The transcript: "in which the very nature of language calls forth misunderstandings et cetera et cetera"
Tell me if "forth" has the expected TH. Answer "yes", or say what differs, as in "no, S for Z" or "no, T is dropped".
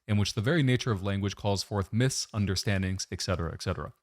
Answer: yes